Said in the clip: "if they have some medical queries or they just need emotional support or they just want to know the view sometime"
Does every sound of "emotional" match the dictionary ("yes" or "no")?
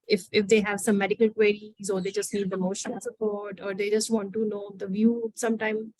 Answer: no